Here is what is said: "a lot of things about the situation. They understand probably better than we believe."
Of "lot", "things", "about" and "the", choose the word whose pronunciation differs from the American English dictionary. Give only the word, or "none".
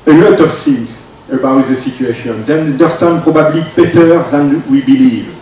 things